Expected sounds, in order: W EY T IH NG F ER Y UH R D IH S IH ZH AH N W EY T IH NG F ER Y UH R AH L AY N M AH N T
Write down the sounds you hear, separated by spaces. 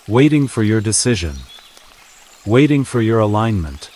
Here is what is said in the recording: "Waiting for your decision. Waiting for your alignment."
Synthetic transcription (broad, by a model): W EY T IH NG F ER Y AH R D IH S IH ZH AH N W EY T IH NG F ER Y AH R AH L AY N M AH N T